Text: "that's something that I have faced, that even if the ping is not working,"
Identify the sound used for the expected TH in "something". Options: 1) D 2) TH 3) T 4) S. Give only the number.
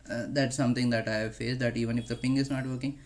3